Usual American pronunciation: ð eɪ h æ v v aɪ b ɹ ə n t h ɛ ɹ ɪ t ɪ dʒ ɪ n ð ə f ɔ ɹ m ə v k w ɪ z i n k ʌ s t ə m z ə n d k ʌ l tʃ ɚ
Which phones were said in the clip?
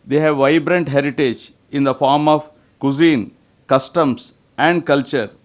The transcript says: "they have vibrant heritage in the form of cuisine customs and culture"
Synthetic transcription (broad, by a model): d eɪ h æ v v aɪ b ɹ ə n t h ɛ ɹ ɪ t ɪ dʒ ɪ n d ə f ɔ ɹ m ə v k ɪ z i n k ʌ s t ə m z ə n d k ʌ l tʃ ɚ